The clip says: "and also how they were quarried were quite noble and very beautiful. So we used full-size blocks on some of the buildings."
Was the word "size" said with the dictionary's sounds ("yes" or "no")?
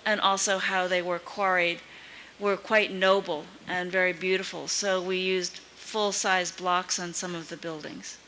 yes